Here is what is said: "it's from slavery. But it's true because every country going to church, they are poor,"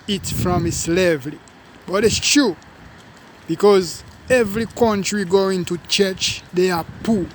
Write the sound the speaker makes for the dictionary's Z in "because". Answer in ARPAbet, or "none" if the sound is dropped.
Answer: Z